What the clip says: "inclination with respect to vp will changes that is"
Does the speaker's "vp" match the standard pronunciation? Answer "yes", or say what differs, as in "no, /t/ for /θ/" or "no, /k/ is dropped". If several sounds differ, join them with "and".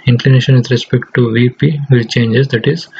yes